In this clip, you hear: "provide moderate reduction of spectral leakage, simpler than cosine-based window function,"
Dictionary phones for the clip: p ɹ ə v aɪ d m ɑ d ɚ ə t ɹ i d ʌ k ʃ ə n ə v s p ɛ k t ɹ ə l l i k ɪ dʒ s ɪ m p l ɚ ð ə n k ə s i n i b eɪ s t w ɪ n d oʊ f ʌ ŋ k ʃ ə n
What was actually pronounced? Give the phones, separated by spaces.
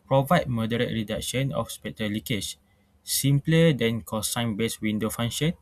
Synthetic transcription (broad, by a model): p ɹ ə v aɪ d m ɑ d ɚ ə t ɹ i d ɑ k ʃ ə n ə f s p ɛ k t ə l l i k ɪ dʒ s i m p l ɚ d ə n k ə s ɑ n b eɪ s w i n d oʊ f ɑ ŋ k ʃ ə n